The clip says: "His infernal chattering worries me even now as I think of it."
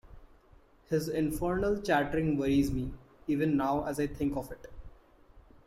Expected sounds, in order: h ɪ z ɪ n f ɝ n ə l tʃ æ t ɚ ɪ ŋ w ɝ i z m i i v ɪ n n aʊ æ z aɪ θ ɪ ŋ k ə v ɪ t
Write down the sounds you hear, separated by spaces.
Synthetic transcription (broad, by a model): h ɪ z ɪ n f ɝ n ə l tʃ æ t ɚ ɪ ŋ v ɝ i z m i i v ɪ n n aʊ æ z aɪ t ɪ ŋ k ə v ɪ t